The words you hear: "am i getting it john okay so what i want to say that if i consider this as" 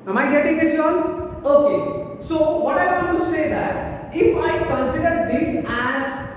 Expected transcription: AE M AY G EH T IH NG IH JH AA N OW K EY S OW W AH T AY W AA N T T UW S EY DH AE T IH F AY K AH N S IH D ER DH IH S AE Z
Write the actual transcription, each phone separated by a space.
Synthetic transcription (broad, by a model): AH M AY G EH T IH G IH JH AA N OW K EY S OW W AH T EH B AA T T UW S EY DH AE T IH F AY K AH N S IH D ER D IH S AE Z